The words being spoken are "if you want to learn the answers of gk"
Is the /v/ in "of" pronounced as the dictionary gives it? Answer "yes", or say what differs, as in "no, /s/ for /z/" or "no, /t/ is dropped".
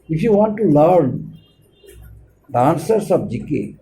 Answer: no, /b/ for /v/